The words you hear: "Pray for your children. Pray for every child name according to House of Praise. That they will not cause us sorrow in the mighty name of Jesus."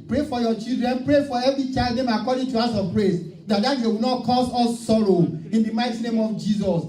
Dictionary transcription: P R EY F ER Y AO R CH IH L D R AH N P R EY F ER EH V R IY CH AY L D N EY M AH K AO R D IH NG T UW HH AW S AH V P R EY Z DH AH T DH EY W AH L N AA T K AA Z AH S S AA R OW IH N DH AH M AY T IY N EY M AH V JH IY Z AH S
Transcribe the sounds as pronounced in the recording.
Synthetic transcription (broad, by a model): P R EY F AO Y AO CH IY L D R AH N P R EY F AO EH V R IY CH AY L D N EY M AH K AO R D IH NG T UW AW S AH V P R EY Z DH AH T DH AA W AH W N AA T K AA S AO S S AA R OW IH N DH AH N AY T IY N EY M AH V JH IY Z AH S